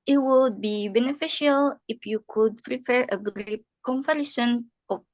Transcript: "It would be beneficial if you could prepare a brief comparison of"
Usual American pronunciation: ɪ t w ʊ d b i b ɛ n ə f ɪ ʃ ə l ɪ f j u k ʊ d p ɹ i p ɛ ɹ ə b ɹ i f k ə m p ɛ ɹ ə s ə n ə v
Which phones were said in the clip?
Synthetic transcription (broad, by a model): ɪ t w ʊ d b i b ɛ n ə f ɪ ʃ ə l ɪ f j u k ʊ d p ɹ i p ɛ ɹ ə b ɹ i p k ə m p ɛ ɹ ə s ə n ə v